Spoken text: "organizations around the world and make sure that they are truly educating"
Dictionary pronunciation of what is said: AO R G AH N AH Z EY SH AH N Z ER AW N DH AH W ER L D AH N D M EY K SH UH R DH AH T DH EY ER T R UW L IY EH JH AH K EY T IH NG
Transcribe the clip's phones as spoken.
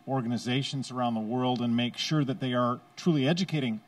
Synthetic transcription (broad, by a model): AO R G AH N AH Z EY SH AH N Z ER AW N DH AH W ER L D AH N M EY K SH UH R DH AH T DH EY ER T R UW L IY EH JH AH K EY T IH NG